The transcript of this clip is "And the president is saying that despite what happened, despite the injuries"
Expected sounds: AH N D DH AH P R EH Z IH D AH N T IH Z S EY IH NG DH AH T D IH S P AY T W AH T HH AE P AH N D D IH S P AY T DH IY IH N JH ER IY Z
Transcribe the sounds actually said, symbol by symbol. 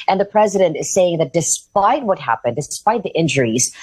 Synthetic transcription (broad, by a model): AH N DH AH P R EH Z IH D AH N T IH Z S EY IH NG DH AH T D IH S P AY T W AH T HH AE P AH N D D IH S P AY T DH IY IH N JH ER IY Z